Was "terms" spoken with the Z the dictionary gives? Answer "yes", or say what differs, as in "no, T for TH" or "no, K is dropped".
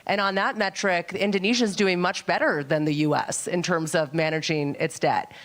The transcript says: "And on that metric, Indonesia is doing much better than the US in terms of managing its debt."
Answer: yes